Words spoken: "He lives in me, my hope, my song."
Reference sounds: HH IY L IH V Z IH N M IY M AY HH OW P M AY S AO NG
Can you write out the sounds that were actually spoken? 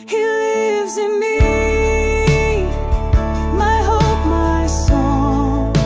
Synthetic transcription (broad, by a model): HH IY L IH V Z IH N M IY M AY HH OW P M AY S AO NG